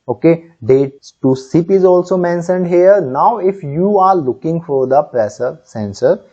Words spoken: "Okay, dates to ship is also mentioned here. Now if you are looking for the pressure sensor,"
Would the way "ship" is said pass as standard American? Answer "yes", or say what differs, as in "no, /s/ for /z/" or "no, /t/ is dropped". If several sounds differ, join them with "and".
no, /s/ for /ʃ/